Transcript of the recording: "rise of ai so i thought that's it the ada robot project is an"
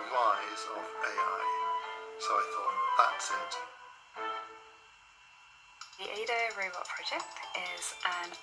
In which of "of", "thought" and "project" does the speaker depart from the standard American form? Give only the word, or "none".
of